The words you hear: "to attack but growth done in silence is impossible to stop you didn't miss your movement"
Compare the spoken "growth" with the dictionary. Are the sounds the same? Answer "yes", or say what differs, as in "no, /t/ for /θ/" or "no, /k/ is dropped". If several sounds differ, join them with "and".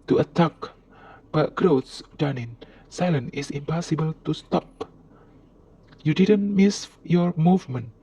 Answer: no, /s/ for /θ/